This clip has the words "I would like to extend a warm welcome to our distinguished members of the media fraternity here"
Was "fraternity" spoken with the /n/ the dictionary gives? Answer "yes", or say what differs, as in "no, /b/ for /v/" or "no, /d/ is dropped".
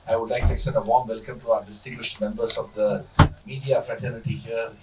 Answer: yes